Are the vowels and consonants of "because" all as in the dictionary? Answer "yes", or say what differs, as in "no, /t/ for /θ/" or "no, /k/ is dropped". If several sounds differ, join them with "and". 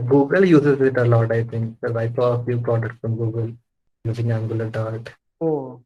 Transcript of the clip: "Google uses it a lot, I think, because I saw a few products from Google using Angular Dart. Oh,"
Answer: no, /z/ is dropped